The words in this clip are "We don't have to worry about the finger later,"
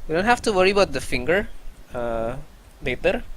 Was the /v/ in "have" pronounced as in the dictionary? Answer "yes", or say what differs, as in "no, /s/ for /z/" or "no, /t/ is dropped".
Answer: no, /f/ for /v/